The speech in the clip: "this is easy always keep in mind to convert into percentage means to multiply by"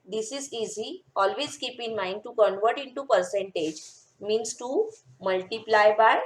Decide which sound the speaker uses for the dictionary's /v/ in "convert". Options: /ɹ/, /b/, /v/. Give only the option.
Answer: /v/